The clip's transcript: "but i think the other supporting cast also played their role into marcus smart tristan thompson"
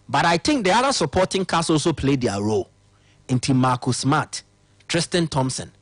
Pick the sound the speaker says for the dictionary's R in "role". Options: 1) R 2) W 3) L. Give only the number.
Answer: 1